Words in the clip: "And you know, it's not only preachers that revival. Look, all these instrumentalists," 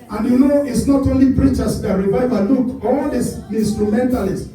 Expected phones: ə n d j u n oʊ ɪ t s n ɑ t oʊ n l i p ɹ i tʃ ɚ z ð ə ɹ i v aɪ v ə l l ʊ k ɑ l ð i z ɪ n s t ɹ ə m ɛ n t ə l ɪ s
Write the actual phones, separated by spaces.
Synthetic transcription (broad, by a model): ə n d j u n oʊ ɪ t s n ɑ t oʊ n l i p ɹ i tʃ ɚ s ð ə ɹ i v aɪ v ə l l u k ɑ l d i s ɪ n s t ɹ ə m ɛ n t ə l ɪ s